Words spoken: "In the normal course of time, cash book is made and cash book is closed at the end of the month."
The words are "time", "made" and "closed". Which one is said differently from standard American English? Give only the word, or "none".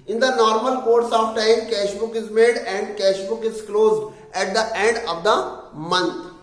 none